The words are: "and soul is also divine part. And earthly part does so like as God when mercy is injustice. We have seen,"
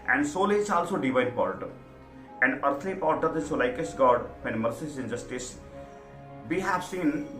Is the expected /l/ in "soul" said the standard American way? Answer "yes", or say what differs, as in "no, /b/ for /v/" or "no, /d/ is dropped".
yes